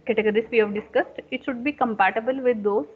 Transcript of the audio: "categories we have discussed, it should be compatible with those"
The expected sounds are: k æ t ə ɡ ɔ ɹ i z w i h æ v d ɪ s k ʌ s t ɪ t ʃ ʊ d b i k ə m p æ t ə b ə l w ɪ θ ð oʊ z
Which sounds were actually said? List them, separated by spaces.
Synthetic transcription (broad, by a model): k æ t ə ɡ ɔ ɹ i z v i h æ v d ɪ s k ʌ s t ɪ t ʃ ʊ d b i k ə m p æ t ə b ə l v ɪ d oʊ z